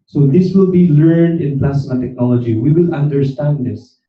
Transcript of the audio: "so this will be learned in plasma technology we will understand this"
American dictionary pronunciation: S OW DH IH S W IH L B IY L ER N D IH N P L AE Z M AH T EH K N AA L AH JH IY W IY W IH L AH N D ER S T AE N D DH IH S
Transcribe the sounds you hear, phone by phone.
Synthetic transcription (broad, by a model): S OW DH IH S W IH L B IY L ER N D IH N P L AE S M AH T EH K N AA L AH JH IY W IY W IH L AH N D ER S T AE N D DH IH S